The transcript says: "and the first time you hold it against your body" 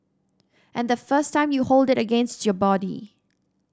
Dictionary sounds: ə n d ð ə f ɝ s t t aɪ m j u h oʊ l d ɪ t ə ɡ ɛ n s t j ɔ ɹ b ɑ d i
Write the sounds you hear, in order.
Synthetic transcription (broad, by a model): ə n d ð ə f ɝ s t t aɪ m j u h oʊ l d ɪ t ə ɡ ɛ n s t j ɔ b ɑ d i